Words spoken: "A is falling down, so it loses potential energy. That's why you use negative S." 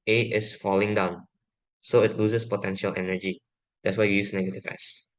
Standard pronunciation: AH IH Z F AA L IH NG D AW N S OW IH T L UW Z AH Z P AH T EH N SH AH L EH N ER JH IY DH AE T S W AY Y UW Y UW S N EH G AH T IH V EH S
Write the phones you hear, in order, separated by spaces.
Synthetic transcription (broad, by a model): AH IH S F AA L IH NG D AW N S OW IH T L UW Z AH S P AH T EH N SH AH L EH N ER JH IY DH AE T S W AY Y Y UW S N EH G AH T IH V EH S